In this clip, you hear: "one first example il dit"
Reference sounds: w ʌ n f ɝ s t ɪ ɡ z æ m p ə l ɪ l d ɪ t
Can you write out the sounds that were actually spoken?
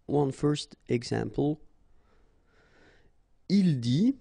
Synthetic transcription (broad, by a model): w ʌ n f ɝ s t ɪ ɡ s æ m p ə l ɪ l d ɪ